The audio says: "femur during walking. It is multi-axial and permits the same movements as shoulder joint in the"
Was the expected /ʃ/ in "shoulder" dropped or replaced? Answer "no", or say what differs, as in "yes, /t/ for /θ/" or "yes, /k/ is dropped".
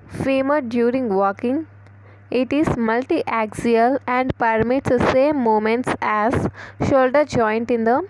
no